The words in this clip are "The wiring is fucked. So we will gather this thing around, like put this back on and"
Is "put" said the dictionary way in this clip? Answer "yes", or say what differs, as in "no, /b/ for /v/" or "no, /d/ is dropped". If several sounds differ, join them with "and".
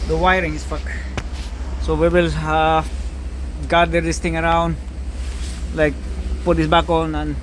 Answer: yes